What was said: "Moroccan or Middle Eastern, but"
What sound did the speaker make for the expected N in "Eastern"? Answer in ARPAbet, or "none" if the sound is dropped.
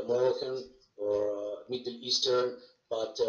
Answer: N